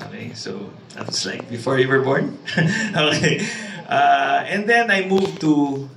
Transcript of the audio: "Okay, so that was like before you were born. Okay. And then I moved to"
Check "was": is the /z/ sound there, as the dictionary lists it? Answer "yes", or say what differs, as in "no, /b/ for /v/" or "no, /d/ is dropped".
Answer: no, /s/ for /z/